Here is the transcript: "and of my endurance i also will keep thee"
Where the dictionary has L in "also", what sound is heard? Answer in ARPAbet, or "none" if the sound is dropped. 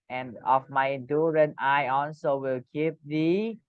N